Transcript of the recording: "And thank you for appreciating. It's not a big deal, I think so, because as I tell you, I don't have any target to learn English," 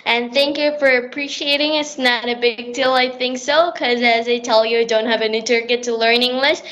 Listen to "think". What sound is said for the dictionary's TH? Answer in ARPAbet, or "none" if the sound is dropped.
TH